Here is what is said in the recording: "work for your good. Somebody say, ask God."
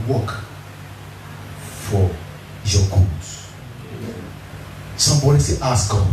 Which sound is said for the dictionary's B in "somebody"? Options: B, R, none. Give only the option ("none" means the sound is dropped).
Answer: B